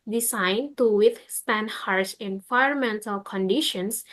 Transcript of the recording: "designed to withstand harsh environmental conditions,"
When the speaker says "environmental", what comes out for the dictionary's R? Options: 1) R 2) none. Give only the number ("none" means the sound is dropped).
2